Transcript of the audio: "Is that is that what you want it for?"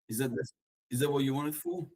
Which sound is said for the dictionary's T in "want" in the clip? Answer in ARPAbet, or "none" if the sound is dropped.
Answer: none